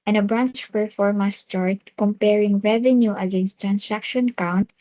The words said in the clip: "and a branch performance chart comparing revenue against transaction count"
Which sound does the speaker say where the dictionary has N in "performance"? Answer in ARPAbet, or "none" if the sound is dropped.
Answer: none